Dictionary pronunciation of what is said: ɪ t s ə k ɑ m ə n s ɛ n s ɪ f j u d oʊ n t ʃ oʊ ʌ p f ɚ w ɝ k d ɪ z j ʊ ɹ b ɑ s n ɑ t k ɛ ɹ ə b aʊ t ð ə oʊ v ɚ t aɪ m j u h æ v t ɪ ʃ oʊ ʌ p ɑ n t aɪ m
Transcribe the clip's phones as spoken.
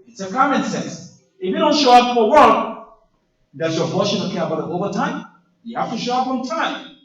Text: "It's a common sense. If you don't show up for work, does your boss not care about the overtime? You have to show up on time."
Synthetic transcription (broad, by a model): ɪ t s ə k ɑ m ə n s ɛ n s ɪ f j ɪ d oʊ n t ʃ oʊ ʌ p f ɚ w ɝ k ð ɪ s j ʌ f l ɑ ʃ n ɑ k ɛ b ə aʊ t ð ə oʊ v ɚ t aɪ m j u h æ f t ɪ ʃ oʊ ʌ p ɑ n t aɪ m